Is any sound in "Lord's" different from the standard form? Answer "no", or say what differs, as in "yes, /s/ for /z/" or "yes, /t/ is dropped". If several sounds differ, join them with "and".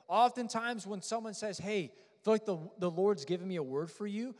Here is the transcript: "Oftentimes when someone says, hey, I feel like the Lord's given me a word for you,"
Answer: no